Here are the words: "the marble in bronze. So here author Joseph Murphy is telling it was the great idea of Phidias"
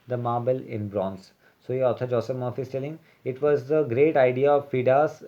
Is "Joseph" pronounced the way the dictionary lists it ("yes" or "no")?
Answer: no